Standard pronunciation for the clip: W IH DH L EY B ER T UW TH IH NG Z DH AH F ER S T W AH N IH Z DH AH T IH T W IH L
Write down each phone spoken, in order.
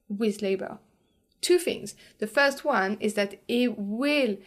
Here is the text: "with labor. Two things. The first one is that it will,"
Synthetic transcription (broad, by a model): W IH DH L EY B ER T UW TH IH NG Z DH AH F ER S T W AH N IH Z DH AH T IH T W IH L